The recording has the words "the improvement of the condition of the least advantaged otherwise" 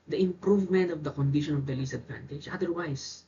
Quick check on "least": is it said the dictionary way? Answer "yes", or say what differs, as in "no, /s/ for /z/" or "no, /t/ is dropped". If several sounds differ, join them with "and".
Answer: no, /t/ is dropped